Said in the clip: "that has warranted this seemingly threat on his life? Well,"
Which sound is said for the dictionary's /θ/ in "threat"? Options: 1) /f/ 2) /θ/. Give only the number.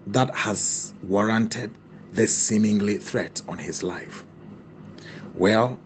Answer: 2